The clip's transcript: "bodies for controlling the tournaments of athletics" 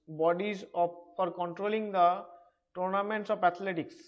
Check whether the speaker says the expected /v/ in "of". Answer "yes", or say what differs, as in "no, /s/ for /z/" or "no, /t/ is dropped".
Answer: no, /p/ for /v/